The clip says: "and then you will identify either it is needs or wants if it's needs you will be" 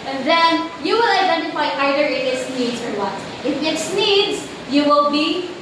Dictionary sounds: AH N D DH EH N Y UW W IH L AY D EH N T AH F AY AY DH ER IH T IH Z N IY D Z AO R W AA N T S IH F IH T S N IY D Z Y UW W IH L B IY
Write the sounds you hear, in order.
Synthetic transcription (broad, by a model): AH N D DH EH N Y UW W IH L AY D EH N T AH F AY AY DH ER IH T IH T N IY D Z AO R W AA T IH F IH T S N IY D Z Y UW W IH L B IY